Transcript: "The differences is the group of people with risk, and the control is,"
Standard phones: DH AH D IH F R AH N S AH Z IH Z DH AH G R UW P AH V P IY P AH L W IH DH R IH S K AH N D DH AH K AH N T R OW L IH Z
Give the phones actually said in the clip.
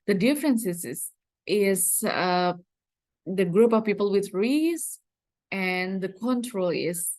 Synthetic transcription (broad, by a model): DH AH D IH F R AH N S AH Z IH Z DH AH G R UW P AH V P IY P AH L W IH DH R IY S AH N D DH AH K AH N T R OW L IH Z